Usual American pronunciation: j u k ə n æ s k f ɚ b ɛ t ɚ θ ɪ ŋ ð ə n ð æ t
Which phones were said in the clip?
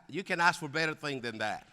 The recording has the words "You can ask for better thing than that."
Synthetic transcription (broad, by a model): j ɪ k ə n æ s k f ɚ b ɛ t ɚ θ ɪ ŋ ð ə n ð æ t